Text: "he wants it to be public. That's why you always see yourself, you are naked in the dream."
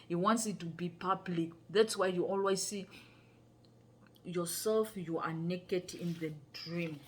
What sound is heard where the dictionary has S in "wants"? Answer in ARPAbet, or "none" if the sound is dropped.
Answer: S